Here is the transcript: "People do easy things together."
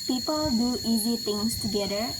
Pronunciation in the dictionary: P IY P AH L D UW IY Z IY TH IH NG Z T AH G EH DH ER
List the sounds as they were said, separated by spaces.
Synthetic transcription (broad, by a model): P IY P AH L D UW IY Z IY T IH NG S T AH G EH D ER